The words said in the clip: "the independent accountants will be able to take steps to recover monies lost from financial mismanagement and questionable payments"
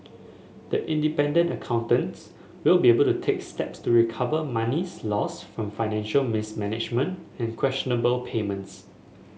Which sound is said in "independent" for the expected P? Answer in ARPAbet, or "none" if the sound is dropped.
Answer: P